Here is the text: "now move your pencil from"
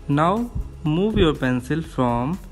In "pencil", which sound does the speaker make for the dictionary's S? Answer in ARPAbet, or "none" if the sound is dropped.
S